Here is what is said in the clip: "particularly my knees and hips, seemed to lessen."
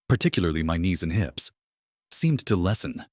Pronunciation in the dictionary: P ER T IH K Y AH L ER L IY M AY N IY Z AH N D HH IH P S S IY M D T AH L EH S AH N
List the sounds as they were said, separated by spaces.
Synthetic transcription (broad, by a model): P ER T IH K Y L ER L IY M AY N IY Z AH N HH IH P S S IY M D T AH L EH S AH N